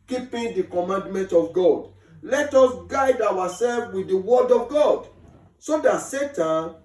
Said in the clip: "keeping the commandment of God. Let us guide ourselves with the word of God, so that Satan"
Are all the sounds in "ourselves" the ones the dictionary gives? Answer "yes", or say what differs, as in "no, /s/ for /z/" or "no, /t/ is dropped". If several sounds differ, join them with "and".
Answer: no, /w/ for /ɹ/